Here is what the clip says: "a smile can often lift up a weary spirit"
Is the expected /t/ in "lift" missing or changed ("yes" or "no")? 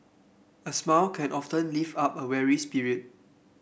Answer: yes